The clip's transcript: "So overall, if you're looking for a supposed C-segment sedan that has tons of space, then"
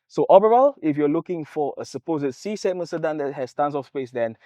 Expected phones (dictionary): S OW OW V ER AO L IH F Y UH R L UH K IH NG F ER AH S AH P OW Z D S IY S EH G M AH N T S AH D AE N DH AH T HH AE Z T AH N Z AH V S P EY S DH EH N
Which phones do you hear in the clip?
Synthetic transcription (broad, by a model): S OW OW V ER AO L IH F Y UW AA L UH K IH NG F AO AH S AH P OW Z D S IY S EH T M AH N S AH D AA N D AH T HH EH S T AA N S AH F S P EY S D EH N